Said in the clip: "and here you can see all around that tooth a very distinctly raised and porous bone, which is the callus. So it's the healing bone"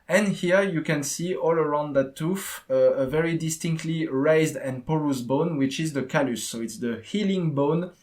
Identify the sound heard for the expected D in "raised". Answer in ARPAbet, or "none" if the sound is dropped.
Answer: D